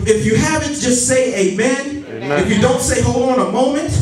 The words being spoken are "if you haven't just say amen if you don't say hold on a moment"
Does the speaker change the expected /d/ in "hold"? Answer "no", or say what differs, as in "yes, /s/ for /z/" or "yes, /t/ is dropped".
yes, /d/ is dropped